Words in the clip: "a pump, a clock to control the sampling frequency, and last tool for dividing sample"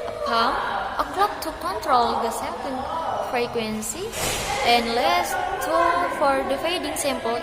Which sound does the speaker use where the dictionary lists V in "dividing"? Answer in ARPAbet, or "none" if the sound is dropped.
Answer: F